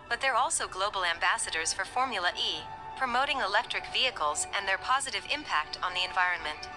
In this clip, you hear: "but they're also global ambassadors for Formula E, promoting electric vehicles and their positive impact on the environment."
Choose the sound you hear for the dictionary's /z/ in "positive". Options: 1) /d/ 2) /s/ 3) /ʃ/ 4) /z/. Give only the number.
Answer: 4